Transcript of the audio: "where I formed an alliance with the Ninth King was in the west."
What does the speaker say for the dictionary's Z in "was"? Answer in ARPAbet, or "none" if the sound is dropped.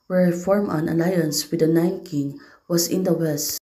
S